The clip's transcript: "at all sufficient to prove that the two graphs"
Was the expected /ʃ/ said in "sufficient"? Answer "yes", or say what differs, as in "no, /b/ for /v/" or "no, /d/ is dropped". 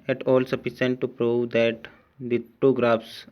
no, /s/ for /ʃ/